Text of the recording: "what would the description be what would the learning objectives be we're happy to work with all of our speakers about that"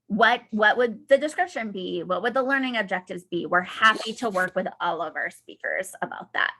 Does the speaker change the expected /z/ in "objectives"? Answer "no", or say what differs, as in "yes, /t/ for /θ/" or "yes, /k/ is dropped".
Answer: no